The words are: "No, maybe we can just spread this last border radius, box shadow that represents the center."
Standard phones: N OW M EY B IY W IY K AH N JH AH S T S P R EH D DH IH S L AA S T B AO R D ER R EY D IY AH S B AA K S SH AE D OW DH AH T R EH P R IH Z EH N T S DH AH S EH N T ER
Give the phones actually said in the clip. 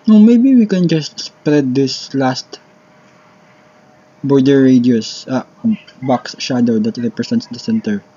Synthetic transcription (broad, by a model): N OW M EY B IY W IY K AH N JH AH S T S P R EH D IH S L AA S T B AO R D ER R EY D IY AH S B AA K S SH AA D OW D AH T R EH P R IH S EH N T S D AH S EH N T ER